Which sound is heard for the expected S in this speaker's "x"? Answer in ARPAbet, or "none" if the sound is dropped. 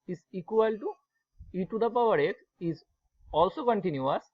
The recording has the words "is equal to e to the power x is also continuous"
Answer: none